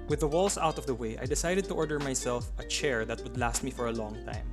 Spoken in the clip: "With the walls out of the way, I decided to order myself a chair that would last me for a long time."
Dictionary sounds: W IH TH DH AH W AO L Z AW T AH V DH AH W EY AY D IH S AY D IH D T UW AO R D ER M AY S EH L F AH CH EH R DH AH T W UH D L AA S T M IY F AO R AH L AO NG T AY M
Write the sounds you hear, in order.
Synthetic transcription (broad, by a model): W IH DH AH W AO L S AW T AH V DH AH W EY AY D IH S AY D IH D T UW AO R D ER M AY S EH L F AH CH EH R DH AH T W UH D L AA S T M IY F AO R AH L AO NG T AY M